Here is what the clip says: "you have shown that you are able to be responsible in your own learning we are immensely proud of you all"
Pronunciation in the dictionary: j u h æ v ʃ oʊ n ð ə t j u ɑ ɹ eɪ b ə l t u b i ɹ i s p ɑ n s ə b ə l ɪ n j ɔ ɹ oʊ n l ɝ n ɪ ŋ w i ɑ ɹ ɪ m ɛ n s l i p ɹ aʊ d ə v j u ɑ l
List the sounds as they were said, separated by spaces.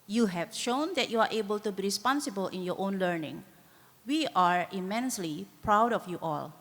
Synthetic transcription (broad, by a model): j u h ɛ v ʃ oʊ n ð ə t j u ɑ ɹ eɪ b ə l t u b i ɹ i s p ɑ n s ə b ə l ɪ n j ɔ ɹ oʊ n l ɝ n ɪ ŋ w i ɑ ɹ ɪ m ɛ n s l i p ɹ aʊ d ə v j u ɑ l